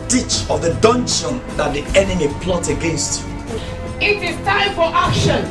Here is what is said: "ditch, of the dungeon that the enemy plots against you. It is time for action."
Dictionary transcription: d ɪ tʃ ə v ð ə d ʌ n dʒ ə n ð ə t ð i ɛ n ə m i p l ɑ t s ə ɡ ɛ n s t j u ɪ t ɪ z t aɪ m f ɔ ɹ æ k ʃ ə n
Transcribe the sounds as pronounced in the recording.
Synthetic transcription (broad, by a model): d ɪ tʃ ə v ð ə d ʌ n ʃ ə n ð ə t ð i ɛ n ə m i p l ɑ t ə ɡ ɛ n s t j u ɪ t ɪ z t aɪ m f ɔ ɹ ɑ k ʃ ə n